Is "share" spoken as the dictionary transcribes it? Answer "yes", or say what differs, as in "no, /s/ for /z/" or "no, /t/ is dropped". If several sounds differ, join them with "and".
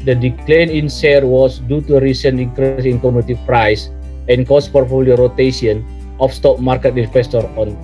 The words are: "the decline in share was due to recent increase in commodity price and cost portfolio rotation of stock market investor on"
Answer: no, /s/ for /ʃ/